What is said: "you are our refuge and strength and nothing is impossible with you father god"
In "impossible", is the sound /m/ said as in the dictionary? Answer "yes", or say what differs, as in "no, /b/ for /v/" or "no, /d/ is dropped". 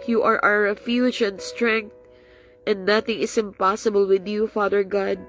yes